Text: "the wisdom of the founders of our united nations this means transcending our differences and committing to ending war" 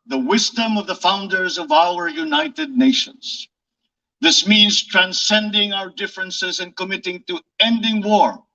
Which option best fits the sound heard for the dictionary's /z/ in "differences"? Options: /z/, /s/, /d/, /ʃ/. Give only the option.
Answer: /z/